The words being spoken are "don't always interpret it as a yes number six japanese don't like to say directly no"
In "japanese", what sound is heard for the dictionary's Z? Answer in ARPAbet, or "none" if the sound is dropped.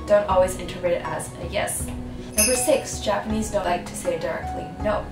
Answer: Z